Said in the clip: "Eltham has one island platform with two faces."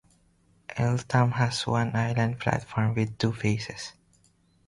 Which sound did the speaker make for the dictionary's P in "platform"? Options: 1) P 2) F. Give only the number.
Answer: 2